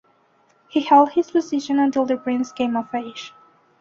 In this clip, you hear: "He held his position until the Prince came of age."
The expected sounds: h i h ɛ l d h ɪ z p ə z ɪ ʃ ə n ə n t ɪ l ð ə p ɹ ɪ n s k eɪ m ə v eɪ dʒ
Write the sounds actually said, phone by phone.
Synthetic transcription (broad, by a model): h i h ɛ l d h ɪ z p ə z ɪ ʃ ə n ə n t ɪ l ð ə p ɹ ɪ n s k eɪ m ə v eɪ ʃ